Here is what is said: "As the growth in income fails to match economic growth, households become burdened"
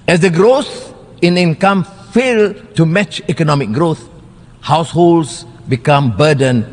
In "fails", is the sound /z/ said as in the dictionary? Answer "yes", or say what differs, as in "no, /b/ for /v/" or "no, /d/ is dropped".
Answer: no, /z/ is dropped